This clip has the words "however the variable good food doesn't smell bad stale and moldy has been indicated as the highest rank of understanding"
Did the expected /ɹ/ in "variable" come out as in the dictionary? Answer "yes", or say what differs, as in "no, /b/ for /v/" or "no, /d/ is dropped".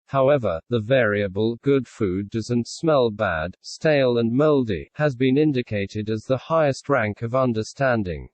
yes